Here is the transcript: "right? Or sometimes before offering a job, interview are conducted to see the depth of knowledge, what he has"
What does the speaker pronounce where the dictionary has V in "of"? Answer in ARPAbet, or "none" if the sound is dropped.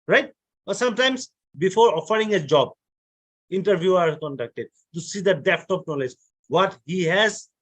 P